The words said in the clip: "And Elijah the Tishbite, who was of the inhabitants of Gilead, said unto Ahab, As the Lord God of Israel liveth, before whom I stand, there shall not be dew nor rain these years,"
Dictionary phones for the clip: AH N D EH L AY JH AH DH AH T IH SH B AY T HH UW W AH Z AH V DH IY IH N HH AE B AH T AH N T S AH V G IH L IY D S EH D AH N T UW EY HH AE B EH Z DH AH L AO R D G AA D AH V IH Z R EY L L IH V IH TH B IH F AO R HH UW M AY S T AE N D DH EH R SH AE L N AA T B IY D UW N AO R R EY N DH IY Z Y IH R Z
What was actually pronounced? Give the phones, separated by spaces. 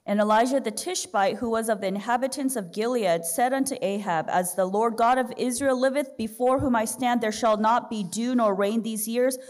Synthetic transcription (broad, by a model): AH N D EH L AY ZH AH DH AH T IH SH B AY T HH UW W AH Z AH V DH IY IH N HH AE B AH T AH N S AH V G IH L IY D S EH D AH N T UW EY HH AE B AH Z DH AH L AO R D G AA D AH V IH Z R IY L L IH V IH TH B IH F AO R HH UW M AY S T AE N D DH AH R SH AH L N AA T B IY D UW N AO R R EY N DH IY Z Y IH R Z